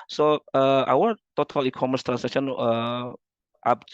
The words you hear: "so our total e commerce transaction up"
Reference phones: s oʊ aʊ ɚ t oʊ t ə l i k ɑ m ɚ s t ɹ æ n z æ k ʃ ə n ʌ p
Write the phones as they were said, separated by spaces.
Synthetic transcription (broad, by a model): s oʊ aʊ ɚ t oʊ t ə l i k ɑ m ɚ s t ɹ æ n s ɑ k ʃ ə n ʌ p